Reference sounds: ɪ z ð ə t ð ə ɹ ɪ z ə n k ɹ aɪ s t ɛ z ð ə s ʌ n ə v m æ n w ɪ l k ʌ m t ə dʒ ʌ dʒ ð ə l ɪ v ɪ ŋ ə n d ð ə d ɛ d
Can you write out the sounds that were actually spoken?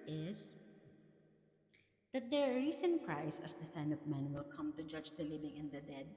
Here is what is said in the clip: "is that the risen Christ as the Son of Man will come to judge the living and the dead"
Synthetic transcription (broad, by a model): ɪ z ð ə t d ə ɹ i s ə n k ɹ aɪ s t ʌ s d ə s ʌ n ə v m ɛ n w ɪ l k ʌ m t ə dʒ ʌ dʒ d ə l ɪ v ɪ ŋ ə n d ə d ɛ d